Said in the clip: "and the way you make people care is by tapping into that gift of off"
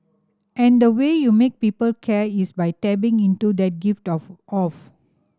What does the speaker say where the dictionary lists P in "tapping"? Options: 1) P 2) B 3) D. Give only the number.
2